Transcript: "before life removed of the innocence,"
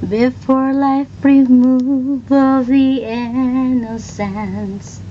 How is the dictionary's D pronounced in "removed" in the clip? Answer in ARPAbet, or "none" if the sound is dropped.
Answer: none